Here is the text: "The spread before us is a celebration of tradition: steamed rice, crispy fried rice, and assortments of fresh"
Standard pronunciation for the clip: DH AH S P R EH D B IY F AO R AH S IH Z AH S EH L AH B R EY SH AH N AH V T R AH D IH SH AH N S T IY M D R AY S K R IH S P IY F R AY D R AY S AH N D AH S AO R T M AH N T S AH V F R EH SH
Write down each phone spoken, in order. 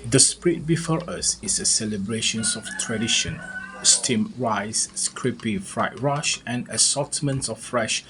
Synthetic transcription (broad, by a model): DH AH S P R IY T B IY F AO R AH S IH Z AH S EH L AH B R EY SH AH N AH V T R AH D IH SH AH N S T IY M R AY S K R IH P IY F R AY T R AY SH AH N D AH S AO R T M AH N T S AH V F R EH SH